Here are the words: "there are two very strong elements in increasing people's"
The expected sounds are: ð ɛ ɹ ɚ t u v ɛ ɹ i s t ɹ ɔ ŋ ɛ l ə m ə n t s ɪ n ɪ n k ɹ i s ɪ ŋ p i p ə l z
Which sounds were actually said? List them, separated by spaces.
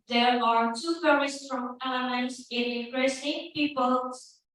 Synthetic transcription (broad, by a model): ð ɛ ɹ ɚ t u f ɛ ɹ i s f ɹ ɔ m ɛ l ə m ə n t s ɪ n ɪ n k ɹ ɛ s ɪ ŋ p i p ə l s